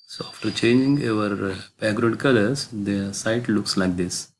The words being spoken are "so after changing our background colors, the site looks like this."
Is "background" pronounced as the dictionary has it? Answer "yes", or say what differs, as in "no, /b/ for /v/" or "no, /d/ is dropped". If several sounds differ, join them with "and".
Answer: no, /n/ is dropped